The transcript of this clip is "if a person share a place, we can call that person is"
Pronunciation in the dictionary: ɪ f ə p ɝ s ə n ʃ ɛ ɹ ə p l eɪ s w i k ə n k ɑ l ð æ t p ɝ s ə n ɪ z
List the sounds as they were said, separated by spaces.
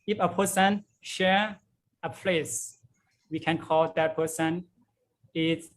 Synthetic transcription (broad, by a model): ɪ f ə p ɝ s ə n ʃ ɛ ɹ ə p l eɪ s w i k ə n k ɑ l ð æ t p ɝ s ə n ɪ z